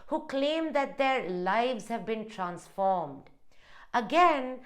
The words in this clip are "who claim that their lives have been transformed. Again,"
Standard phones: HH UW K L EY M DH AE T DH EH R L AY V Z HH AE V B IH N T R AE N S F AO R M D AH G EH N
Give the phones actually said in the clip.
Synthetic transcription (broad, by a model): HH UW K L EY M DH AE T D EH R L AY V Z HH AE V B IH N T R AE N S F AO R M D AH G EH N